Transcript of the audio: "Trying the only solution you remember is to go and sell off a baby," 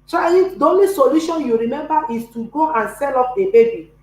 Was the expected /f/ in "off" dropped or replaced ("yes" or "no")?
yes